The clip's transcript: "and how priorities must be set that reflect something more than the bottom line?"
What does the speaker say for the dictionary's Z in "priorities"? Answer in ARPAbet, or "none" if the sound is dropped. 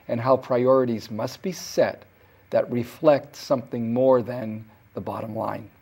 Z